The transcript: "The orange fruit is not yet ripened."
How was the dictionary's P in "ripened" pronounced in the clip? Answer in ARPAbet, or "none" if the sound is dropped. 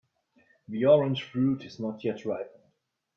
none